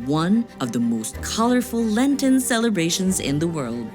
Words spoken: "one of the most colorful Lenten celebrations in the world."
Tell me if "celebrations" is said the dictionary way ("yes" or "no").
yes